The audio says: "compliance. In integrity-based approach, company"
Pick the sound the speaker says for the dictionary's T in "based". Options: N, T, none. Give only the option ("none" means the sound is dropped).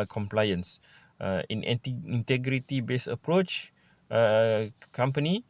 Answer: none